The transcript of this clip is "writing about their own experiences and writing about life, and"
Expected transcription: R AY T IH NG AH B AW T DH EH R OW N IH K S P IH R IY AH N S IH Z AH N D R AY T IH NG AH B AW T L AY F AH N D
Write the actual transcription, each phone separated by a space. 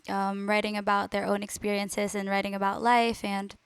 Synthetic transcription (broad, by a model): R AY T IH NG AH B AW T DH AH R OW N IH K S P IH R IY AH N S IH Z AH N R AY T IH NG AH B AW T L AY F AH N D